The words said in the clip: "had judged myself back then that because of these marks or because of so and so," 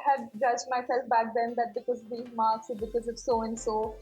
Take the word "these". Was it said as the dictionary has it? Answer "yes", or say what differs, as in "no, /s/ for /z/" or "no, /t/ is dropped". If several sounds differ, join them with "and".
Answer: no, /z/ is dropped